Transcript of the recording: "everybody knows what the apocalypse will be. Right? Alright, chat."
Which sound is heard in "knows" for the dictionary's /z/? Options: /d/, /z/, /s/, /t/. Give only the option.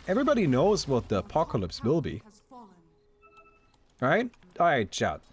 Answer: /z/